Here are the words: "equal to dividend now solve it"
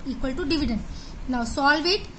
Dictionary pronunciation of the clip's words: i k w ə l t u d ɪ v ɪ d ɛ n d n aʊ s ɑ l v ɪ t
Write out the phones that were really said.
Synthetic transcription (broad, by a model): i k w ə l t u d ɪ v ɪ d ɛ n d n aʊ s ɑ l v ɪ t